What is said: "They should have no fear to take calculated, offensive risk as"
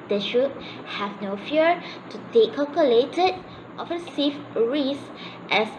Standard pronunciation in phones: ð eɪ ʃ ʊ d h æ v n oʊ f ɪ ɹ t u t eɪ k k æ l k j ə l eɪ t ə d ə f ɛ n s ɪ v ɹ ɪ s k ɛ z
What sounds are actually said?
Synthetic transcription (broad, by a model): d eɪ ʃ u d h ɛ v n oʊ f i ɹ t u t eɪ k k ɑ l k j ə l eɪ t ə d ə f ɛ s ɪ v ɹ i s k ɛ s